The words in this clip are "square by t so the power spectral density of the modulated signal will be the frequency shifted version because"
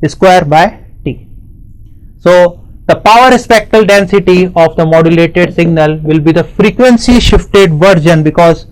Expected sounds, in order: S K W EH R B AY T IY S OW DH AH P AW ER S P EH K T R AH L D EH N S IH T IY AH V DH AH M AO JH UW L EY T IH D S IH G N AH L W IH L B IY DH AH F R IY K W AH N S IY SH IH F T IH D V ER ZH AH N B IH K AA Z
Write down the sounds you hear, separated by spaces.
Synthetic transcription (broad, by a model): S K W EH R B AY T IY S OW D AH P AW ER S P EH K T AH L D EH N S IH T IY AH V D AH M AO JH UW L EY T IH D S IH G N AH L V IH L B IY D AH F R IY K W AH N S IY SH IH F T IH D V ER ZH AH N B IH K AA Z